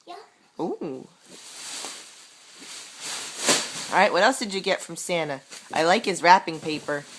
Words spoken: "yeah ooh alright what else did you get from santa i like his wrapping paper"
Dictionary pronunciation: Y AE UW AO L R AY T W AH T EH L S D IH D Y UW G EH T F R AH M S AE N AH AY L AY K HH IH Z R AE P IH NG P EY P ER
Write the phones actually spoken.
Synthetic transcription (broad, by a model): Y UW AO R AY T W AH T EH L S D IH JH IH G EH T F R AH M S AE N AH AY L AY K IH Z R AE P IH NG P EY P ER